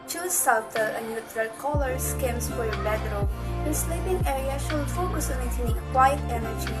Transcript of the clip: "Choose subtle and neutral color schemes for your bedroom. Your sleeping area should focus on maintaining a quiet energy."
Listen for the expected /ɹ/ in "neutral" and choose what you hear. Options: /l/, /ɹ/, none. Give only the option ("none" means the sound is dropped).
/l/